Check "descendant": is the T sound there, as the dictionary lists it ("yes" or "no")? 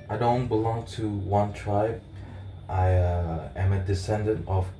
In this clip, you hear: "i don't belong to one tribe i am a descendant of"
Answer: yes